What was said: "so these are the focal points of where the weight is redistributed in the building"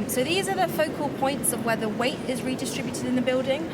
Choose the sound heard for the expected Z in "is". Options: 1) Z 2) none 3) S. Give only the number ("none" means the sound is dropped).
1